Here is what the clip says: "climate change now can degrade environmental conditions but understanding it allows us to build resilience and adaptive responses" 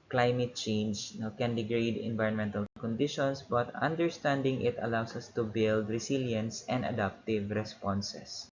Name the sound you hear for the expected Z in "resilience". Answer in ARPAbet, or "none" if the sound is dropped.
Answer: S